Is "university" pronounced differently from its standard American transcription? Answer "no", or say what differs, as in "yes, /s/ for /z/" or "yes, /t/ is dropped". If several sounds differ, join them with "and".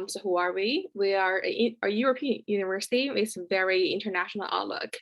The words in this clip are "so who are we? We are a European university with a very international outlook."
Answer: no